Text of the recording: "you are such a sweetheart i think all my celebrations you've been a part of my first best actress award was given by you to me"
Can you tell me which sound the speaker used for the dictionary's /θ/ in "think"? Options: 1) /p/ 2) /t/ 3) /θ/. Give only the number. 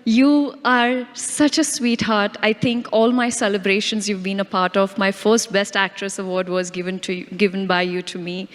2